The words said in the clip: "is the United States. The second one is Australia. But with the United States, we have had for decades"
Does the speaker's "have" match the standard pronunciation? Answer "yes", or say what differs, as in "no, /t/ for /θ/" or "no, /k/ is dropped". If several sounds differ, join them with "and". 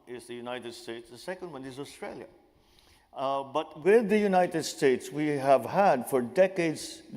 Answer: yes